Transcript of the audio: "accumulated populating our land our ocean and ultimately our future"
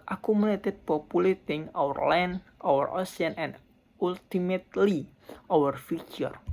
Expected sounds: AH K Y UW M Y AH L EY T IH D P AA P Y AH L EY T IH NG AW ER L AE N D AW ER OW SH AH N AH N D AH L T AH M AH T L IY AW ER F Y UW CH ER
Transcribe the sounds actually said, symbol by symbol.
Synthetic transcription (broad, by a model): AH K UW M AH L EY T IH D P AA P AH L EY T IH NG AW ER L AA N AW ER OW S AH N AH N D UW L T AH M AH T L IY AW ER F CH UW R